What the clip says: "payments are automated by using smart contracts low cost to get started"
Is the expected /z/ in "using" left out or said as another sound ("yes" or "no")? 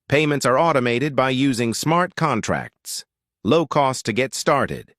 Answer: no